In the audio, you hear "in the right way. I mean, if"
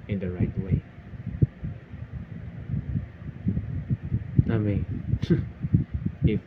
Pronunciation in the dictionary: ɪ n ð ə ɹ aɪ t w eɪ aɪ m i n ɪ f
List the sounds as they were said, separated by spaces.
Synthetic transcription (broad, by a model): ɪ n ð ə ɹ aɪ t w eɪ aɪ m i ɪ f